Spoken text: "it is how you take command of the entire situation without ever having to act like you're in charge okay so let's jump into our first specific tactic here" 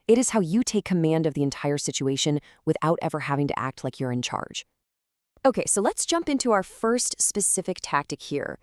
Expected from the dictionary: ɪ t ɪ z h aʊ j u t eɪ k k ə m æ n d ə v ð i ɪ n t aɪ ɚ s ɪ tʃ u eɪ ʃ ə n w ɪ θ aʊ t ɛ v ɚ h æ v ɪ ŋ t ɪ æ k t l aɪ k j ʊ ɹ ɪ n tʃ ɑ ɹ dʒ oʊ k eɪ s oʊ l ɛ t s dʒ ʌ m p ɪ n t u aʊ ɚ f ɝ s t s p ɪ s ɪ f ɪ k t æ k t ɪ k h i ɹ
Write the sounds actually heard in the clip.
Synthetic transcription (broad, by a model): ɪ t ɪ z h aʊ j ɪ t eɪ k k ə m æ n d ə v ð i ɪ n t aɪ ɚ s ɪ tʃ u eɪ ʃ ə n w ɪ θ aʊ t ɛ v ɚ h æ v ɪ ŋ t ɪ æ k t l aɪ k j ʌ ɹ ɪ n tʃ ɑ ɹ dʒ oʊ k eɪ s oʊ l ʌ t s dʒ ʌ m p ɪ n t u aʊ ɚ f ɝ s t s p ɪ s ɪ f ɪ k t æ k t ɪ k h i ɹ